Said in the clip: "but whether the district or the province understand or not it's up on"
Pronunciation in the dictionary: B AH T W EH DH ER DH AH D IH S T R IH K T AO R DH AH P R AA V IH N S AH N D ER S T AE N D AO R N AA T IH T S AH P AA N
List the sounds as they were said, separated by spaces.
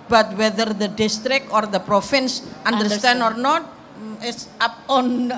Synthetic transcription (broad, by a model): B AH T W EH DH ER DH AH D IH S T R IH K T AO R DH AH P R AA F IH N S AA N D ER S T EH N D AO R N AA T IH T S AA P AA N